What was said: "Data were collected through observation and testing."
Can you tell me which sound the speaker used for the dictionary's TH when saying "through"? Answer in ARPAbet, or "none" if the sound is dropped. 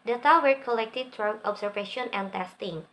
T